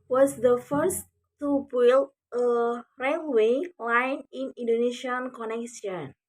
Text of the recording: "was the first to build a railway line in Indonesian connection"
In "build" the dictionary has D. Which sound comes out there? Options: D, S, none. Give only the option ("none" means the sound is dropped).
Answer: none